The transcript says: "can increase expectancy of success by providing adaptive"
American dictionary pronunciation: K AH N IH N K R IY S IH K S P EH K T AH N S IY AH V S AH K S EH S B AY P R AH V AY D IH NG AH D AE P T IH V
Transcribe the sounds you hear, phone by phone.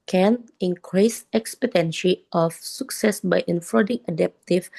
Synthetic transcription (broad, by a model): K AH N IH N K R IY S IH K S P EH T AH N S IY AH F S AH K S EH S B AY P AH F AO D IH NG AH D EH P T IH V